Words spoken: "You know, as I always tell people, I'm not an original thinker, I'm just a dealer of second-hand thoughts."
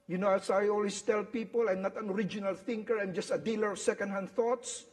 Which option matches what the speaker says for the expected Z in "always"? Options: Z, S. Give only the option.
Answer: S